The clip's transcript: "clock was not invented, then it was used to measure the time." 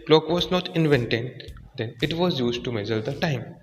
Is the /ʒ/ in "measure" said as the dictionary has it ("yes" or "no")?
no